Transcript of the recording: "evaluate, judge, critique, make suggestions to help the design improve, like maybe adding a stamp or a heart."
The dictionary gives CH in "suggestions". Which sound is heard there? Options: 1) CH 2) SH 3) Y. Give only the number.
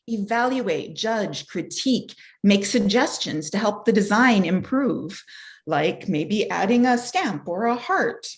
1